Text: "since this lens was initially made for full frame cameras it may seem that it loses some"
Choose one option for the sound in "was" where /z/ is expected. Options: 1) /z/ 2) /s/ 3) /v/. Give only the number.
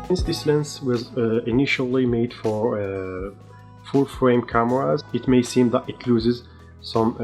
1